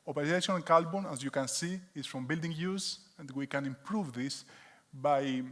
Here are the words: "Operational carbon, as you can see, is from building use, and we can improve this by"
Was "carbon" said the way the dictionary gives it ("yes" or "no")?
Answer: no